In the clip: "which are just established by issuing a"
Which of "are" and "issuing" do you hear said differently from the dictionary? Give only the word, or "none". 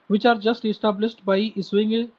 issuing